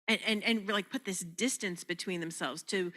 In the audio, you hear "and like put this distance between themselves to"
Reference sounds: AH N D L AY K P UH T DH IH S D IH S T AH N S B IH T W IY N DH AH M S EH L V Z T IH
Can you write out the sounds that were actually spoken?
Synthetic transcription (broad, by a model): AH N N L AY K P UH T DH IH S D IH S T AH N S B IH T W IY N DH AH M S EH L V Z T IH